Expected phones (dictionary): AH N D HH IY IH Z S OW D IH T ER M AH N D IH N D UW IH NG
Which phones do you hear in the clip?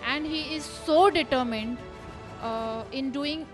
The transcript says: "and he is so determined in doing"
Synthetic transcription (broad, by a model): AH N D HH IY IH Z S OW D IH T ER M AH N D IH N D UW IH NG